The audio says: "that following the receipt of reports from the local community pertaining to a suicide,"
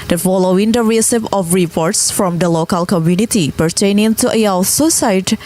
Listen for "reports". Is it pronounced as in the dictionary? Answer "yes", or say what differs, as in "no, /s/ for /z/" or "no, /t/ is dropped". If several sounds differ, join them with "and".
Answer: yes